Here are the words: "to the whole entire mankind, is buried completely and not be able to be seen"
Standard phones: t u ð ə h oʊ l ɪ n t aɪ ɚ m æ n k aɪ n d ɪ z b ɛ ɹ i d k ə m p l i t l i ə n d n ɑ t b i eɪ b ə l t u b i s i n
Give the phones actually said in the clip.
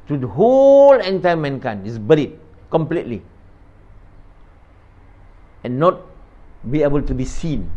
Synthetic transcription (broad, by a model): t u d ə h oʊ l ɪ n t aɪ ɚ m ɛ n k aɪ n ɪ s b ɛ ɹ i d k ə m p l i t l i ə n n ɑ t b i eɪ b ə l t u b i s i n